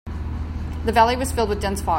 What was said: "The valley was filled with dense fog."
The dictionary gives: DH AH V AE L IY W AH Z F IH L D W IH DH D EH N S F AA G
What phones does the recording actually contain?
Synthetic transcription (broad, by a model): DH AH V AE L IY W AH Z F IH L D W IH DH D EH N S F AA